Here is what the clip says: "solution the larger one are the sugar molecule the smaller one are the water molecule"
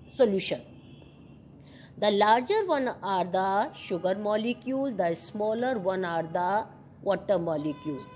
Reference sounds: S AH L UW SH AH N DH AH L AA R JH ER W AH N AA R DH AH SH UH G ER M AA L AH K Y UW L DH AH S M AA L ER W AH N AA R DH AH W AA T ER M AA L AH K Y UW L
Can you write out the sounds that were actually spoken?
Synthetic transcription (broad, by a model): S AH L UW SH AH N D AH L AA R JH ER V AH N AA R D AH SH UH G ER M AA L AH K Y UW L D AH S M AA L ER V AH N AA R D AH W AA T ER M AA L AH K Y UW L